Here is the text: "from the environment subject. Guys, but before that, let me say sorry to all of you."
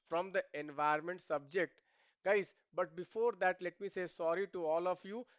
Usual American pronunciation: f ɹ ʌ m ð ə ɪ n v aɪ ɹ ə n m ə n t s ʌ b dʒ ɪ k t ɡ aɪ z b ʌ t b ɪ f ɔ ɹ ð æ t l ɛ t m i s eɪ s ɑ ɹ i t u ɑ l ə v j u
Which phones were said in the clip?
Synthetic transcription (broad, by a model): f ɹ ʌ m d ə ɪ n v aɪ ə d m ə n t s ʌ b dʒ ɪ k t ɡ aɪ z b ʌ t b ɪ f ɔ ɹ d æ t l ɛ t m i s eɪ s ɑ ɹ i t u ɑ l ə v j u